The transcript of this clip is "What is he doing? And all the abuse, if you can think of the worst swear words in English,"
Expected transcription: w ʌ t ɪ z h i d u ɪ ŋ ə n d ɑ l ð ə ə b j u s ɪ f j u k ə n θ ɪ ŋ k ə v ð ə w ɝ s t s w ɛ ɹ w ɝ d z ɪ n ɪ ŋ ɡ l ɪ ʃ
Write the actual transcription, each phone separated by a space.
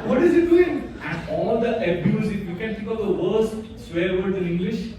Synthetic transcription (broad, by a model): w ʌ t ɪ z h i d u ɪ ŋ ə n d ɑ l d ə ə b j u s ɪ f j u k ə n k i k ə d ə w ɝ s t s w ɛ ɹ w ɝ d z ɪ n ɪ ŋ ɡ l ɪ ʃ